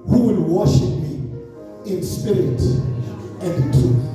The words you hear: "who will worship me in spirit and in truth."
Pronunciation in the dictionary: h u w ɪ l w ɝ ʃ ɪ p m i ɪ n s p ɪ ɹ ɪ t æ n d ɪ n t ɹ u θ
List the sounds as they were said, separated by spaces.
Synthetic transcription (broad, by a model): h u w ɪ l w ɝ ʃ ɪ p m i ɪ n s p ɪ ɹ ɪ t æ ɪ n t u